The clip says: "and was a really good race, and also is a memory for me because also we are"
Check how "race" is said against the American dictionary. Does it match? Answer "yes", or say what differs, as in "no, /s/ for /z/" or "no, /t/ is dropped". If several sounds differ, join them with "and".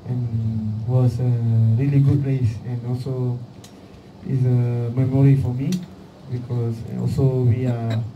no, /l/ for /ɹ/